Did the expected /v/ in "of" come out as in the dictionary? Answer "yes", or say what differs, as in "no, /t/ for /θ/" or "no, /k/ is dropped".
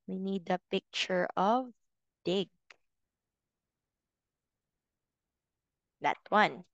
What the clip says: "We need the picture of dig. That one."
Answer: yes